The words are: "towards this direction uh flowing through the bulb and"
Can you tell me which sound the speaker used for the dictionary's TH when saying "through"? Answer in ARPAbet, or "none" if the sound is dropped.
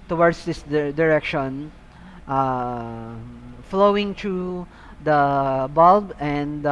T